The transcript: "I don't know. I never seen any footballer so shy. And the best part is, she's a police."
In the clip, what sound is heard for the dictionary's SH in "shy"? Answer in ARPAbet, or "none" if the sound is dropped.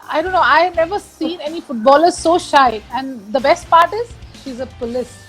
SH